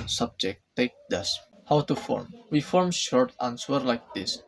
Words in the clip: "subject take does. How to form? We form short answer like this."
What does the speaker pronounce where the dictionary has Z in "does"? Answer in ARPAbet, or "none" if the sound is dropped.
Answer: S